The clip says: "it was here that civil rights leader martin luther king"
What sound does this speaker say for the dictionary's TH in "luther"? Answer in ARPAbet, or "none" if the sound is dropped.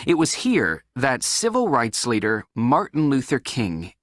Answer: TH